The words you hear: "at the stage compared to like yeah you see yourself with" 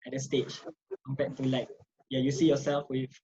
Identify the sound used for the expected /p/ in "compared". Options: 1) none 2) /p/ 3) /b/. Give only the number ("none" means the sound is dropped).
3